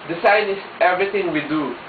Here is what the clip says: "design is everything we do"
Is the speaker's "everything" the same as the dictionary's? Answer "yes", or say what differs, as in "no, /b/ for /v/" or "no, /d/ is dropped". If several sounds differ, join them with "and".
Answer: no, /t/ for /θ/